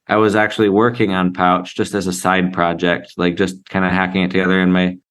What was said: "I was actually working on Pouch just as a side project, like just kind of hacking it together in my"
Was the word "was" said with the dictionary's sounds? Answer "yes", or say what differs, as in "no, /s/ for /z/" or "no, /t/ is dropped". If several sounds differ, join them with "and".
yes